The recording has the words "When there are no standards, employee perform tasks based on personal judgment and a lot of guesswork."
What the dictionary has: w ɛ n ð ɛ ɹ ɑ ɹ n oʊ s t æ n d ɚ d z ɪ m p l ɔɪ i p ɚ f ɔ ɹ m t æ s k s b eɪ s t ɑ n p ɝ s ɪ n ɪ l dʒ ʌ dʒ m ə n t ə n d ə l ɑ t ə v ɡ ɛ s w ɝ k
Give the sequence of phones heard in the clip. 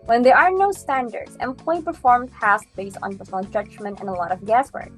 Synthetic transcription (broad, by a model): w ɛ n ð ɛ ɹ ɑ ɹ n oʊ s t æ n d ɚ d z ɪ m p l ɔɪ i p ɚ f ɔ ɹ m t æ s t b eɪ s t n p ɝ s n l dʒ ʌ dʒ m ə n t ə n ə l ɑ t ə v ɡ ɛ s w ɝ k